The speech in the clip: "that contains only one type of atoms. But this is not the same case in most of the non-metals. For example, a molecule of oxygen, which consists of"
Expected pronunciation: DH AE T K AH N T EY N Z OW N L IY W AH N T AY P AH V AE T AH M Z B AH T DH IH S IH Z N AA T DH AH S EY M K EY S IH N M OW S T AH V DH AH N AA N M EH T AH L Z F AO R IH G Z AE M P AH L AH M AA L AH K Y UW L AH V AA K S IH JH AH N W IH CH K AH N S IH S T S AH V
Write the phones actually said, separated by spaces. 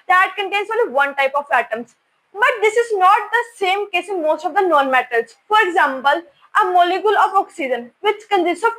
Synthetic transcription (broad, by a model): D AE T K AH N T EY N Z OW N L IY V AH N T AY P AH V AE T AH M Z B AH T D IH S IH Z N AA T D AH S EY M K EY S IH N M OW S T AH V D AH N AA N M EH T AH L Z F AO R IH G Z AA M P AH L AH M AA L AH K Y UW L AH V AA K S IH JH AH N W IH CH K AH N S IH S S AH